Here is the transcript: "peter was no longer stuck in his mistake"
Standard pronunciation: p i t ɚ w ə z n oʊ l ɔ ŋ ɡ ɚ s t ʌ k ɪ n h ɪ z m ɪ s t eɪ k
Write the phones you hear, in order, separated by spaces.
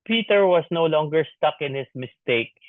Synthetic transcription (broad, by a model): p i t ɚ w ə s n oʊ l ɔ ŋ ɡ ɚ s t ʌ k ɪ n h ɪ s m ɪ s t eɪ k